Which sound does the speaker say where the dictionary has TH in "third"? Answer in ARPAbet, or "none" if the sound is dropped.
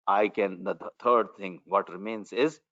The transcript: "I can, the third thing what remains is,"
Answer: T